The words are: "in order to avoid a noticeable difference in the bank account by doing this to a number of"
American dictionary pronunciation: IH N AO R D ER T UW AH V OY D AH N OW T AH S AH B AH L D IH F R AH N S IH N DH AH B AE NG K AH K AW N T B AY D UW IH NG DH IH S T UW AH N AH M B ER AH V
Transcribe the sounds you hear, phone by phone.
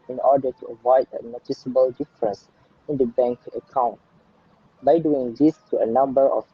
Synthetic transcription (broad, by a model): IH N AO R D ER T UW AH V OY D AH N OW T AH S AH B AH L D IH F R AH N S IH N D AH B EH NG K AH K AW N T B AY D UW IH NG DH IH S T UW AH N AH M B ER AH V